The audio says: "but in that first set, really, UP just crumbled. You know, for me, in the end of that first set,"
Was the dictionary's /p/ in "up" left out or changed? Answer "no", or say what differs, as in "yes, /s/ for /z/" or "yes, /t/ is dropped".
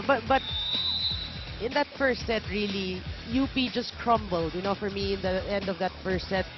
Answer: yes, /b/ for /p/